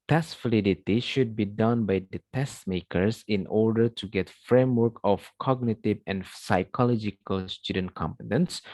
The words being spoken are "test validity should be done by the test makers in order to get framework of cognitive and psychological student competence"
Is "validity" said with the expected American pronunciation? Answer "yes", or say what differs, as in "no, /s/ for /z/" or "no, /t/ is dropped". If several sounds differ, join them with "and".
no, /f/ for /v/